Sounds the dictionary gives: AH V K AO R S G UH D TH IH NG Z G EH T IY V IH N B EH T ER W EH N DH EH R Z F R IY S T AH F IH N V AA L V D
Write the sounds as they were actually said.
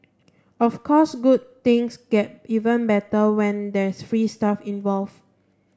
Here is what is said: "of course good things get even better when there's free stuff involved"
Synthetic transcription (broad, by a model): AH F K AO S G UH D T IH NG S G EH T IY V IH N B EH T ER W EH N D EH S F R IY S T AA F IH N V AA L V